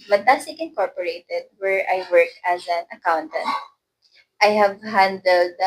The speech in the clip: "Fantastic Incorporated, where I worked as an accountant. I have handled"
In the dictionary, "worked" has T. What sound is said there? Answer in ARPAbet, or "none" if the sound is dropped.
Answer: none